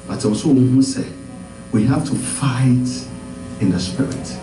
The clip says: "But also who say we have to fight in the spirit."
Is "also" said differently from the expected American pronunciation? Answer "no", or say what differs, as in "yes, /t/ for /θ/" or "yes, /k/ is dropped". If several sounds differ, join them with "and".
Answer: yes, /l/ is dropped